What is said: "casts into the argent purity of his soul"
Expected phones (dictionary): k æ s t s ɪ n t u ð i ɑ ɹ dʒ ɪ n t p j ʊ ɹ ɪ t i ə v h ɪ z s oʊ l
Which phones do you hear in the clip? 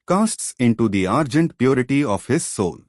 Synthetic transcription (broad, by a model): k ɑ s t s ɪ n t u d i ɑ ɹ dʒ ɪ n t p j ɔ ɹ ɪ t i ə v h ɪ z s oʊ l